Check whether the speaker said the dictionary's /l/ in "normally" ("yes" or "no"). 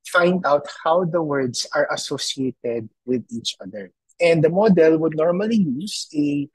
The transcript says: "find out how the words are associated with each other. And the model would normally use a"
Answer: yes